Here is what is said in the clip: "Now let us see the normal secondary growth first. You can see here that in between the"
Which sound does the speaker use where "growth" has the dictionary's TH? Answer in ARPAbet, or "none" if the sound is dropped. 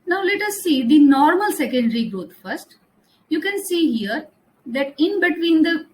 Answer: T